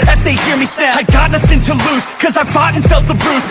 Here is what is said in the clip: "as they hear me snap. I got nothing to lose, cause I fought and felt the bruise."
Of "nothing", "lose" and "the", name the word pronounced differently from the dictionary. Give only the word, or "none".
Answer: none